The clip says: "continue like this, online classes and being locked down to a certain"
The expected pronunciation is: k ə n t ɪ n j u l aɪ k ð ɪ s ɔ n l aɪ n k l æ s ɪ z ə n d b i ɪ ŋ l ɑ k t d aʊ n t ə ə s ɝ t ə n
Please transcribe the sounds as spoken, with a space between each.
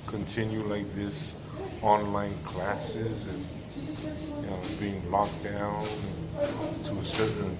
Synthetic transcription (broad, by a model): k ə n t ɪ n j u l aɪ k ð ɪ s ɔ n l aɪ n k l æ s ɪ z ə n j b i ɪ ŋ l ɑ k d aʊ n t ə ə s ɝ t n